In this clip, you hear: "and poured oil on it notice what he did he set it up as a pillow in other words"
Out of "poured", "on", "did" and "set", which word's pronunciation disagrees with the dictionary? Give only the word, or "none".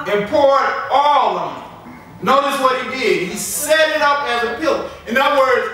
on